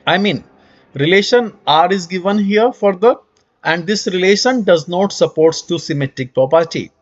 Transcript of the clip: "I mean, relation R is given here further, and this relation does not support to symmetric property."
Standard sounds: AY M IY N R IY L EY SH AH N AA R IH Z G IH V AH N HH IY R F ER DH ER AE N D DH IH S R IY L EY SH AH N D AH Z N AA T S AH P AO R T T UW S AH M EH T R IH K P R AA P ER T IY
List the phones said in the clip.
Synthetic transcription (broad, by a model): AY M IY N R IY L EY SH AH N AA R IH Z G IH V AH N HH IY R F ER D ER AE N D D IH S R IY L EY SH AH N D AH Z N AA T S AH P AO R T T UW S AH M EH T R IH K P R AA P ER T IY